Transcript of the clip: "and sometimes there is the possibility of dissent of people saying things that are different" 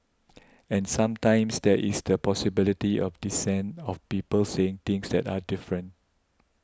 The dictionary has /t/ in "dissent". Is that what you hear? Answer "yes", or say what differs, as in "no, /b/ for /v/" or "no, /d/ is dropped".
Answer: no, /t/ is dropped